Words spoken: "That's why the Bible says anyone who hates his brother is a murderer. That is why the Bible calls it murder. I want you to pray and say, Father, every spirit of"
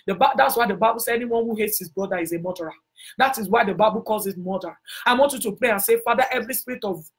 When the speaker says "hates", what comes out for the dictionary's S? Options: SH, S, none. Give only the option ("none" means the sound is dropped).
S